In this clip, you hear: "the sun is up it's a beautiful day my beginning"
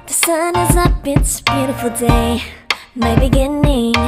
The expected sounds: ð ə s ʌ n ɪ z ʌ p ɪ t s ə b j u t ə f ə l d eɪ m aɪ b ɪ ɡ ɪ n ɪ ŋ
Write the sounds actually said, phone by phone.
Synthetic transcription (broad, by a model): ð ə s ʌ n ɪ z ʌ b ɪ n s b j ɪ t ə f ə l d eɪ m aɪ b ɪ ɡ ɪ n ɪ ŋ